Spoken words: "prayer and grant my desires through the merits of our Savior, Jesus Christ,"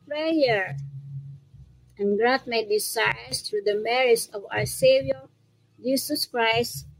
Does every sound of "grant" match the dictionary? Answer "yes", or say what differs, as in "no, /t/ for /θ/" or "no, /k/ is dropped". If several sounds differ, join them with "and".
no, /n/ is dropped